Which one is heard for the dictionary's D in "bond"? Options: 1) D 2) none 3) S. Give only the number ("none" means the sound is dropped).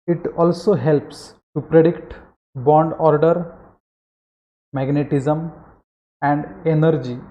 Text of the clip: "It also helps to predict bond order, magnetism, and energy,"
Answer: 1